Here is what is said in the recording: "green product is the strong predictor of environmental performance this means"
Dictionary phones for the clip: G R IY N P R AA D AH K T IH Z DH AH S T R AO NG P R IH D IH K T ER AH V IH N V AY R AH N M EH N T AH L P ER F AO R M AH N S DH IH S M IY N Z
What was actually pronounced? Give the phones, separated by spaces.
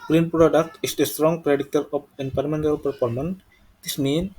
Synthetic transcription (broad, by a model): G R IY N P R AA D AH K T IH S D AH S T R AO NG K R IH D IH T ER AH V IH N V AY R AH M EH N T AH L P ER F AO R M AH N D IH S M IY N